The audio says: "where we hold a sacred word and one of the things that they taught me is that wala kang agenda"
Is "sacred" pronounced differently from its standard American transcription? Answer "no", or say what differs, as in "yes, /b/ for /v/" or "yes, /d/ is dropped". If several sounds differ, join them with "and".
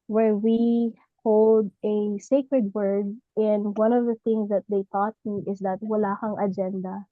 no